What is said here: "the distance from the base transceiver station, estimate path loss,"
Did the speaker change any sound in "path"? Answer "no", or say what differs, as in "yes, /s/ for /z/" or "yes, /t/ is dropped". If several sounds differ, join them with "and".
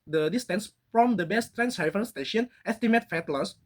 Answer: yes, /f/ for /p/ and /t/ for /θ/